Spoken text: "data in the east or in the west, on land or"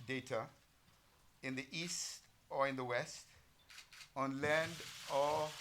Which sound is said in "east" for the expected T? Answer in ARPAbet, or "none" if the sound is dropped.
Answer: T